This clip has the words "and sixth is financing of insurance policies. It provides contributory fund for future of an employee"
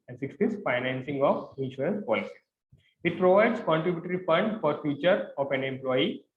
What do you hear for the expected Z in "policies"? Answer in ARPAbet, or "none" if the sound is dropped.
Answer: none